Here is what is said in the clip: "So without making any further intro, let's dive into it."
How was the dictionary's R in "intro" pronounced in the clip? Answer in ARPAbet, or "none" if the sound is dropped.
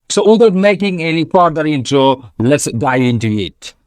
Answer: none